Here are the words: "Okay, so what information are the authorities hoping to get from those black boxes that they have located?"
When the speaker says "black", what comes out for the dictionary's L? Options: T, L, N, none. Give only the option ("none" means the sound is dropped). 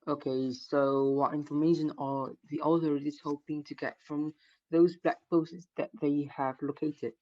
L